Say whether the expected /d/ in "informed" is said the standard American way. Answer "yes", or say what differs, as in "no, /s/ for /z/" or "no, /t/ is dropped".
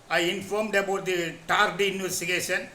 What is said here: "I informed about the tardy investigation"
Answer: yes